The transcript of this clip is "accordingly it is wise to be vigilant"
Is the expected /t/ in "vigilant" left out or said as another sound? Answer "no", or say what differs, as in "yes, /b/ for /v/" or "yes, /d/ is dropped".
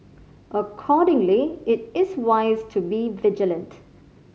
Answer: no